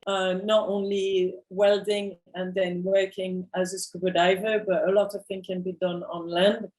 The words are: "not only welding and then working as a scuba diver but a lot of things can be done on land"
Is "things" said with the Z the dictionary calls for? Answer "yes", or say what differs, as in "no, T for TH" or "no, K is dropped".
no, Z is dropped